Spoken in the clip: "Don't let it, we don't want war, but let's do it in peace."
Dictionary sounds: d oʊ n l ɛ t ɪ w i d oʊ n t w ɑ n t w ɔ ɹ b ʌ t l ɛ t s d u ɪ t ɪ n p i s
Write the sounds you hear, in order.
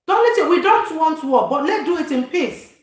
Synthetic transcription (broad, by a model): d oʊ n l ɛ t ɪ w i d oʊ n t w ɑ n t w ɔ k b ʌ t l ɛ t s d u ɪ t ɪ n p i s